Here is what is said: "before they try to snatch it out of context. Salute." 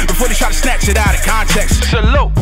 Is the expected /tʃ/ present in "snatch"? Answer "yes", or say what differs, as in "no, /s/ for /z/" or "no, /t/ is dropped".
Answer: no, /s/ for /tʃ/